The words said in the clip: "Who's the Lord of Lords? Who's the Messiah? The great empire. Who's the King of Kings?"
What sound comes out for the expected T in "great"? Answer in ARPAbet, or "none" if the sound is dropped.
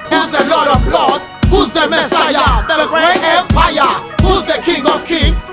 none